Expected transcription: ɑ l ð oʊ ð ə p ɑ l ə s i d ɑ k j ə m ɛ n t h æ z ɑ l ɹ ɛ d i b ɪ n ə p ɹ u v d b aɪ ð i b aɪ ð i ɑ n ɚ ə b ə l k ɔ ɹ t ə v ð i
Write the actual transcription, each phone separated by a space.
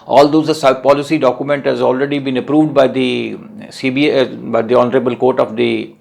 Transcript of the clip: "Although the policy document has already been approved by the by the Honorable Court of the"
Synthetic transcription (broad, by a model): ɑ l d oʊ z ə p ɑ l ə s i d ɑ k j ə m ɛ n t h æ z ɑ l ɹ ɛ d i b ɪ n ə p ɹ u v d b aɪ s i b aɪ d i ɑ n ɚ ə b ə l k ɔ ɹ t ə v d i